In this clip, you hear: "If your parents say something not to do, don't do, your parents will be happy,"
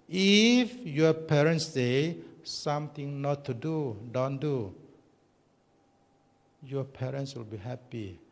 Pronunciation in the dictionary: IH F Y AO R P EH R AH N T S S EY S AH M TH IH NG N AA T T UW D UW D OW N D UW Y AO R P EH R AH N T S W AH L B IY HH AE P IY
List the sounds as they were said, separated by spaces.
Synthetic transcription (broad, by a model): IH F Y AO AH P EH R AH N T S S EY S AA M T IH NG N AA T T UW D UW D OW N D UW Y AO P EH R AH N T S W AH L B IY HH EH P IY